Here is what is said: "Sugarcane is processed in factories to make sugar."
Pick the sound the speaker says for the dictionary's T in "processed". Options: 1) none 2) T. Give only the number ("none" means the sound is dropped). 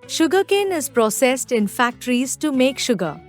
2